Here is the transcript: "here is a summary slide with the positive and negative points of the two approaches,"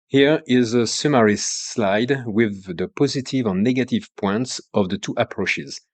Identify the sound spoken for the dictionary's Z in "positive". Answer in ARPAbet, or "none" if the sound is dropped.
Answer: Z